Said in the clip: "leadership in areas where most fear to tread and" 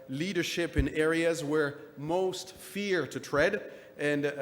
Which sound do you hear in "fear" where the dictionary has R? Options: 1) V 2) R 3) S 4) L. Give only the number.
2